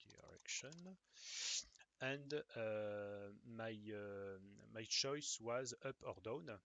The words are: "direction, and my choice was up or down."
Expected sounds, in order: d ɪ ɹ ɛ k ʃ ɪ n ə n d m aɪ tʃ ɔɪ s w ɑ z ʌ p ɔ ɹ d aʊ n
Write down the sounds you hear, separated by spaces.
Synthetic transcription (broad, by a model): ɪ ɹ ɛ k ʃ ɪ n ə n d m aɪ tʃ ɔɪ s w ɑ z ʌ p ɔ ɹ d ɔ n